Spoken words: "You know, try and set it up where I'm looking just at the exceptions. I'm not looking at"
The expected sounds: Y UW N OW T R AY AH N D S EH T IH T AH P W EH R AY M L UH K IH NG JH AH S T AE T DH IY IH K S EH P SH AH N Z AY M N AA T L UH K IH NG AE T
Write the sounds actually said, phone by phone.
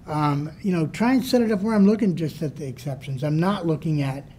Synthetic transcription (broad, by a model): Y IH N OW T R AY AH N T S EH T IH T AH P W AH R AY M L UH K IH NG JH AH S T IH T DH IY IH K S EH P SH AH N Z AY M N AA T L UH K IH NG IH T